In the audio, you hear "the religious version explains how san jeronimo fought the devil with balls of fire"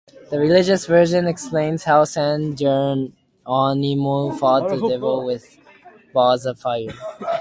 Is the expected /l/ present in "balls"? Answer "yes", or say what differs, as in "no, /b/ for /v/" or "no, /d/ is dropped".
no, /l/ is dropped